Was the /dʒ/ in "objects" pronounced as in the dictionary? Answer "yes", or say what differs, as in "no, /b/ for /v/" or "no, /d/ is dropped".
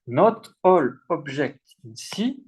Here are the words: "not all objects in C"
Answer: no, /ʒ/ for /dʒ/